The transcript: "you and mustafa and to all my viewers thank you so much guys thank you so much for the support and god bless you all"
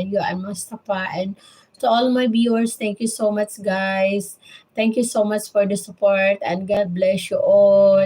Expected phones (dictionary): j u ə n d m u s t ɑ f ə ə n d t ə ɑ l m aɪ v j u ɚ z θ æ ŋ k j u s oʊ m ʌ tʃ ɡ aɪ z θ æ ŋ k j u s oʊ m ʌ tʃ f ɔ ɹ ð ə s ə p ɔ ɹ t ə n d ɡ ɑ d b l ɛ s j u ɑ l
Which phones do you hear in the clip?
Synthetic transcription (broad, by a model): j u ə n m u s t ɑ p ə ə n d t ə ɑ l m aɪ b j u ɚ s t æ ŋ k j u s oʊ m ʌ tʃ ɡ aɪ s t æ ŋ k j u s oʊ m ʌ tʃ f ɔ ɹ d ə s ə p ɔ ɹ t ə n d ɡ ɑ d b l ɛ s j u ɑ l